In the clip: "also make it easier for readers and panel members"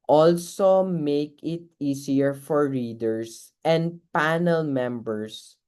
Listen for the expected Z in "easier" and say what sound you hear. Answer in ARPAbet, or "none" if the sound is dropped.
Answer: S